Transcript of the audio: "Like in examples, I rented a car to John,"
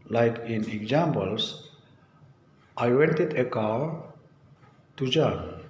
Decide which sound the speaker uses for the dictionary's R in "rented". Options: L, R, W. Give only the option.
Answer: W